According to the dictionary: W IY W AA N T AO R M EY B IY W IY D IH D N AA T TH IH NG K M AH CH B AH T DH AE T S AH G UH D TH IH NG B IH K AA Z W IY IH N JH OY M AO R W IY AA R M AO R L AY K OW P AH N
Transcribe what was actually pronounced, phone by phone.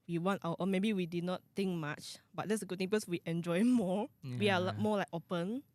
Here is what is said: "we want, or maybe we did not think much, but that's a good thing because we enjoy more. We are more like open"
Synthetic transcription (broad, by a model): W IY W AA N T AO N M EY B IY W IY D IH D N AA T T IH NG K M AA CH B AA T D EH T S AH G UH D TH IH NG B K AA S W IY IH N JH OY M AO W IY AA L M AO L AY K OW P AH N